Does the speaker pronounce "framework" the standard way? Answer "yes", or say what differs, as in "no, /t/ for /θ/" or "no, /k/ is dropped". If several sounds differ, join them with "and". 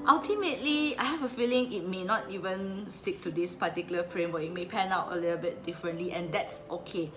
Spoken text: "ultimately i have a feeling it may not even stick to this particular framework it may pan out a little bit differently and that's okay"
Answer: no, /k/ is dropped